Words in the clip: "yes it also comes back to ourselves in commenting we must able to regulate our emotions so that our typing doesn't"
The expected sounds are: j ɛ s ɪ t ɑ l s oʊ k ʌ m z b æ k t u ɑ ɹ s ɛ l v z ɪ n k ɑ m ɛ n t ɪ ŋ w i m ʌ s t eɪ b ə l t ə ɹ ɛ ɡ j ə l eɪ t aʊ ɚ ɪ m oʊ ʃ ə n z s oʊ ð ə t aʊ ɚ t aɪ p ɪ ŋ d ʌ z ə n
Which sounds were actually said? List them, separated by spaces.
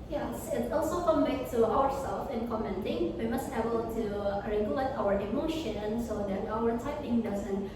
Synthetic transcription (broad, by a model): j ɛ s ɪ t ɑ l s oʊ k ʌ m b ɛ k t u ɑ ɹ s ɛ l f ɪ n k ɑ m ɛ n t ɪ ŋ w i m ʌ s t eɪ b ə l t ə ɹ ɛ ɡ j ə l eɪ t aʊ ɚ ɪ m oʊ ʃ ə n s oʊ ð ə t aʊ ɚ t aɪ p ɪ ŋ d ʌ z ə n